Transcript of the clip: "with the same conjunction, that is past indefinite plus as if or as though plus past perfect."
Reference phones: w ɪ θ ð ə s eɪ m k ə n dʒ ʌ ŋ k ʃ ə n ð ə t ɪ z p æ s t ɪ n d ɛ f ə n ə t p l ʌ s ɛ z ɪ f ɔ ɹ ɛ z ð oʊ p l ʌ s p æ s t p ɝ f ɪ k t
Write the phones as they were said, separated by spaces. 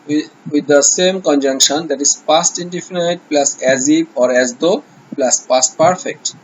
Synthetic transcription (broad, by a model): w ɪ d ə s eɪ m k ə n dʒ ʌ ŋ k ʃ ə n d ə t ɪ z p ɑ s t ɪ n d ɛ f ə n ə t p l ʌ s ɛ z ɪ p ɔ ɹ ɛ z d oʊ p l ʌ s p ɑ s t p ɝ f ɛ k t